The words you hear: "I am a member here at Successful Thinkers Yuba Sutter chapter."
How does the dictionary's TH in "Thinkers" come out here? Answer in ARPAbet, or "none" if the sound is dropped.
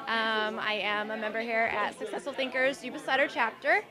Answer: TH